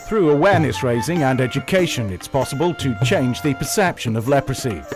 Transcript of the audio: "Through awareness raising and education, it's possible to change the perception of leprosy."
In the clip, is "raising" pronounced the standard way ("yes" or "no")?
yes